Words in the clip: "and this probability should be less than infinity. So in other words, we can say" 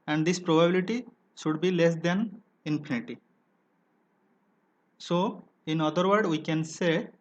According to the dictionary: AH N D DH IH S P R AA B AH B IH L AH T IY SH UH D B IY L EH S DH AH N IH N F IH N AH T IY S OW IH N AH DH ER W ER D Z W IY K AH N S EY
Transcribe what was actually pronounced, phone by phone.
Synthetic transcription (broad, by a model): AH N D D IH S P R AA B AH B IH L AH T IY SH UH D B IY L EH S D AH N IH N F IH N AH T IY S OW IH N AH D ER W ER D W IY K AH N S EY